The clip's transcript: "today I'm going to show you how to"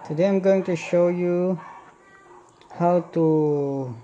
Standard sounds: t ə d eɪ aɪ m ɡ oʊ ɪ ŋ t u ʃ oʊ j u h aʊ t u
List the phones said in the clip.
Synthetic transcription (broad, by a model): t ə d eɪ aɪ m ɡ oʊ ɪ ŋ t u ʃ oʊ j u h aʊ t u